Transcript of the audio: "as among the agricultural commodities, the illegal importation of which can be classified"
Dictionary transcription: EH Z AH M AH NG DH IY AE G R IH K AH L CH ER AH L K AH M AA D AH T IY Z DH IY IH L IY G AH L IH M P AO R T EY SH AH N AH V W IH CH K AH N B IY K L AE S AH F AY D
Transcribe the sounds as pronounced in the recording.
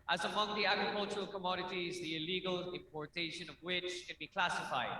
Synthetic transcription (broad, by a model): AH Z AH M AH NG DH IY AE G R IH K AH L CH ER AH L K AH M AA D AH T IY Z DH IY IH L IY G AH L IH M P AO R T EY SH AH N AH V W IH CH K AH N B IY K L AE S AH F AY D